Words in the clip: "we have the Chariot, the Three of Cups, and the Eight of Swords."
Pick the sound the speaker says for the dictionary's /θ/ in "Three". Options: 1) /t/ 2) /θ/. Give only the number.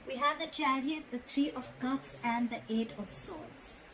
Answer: 1